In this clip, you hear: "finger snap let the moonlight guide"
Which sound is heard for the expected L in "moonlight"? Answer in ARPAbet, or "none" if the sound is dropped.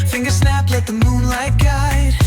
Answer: L